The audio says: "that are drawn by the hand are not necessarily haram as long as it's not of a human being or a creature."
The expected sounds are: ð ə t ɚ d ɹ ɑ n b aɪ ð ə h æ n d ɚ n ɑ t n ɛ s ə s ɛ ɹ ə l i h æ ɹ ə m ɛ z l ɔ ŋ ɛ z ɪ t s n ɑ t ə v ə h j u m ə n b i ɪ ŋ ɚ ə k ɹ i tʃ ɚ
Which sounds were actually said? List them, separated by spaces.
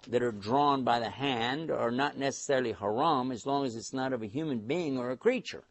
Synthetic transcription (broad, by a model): ð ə t ɚ d ɹ ɑ n b aɪ ð ə h æ n d ɚ n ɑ t n ɛ s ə s ɛ ɹ l i h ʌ ɹ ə m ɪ z l ɔ ŋ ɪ z ɪ t s n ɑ t ə v ə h j u m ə n b i ɪ ŋ ɚ ə k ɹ i tʃ ɚ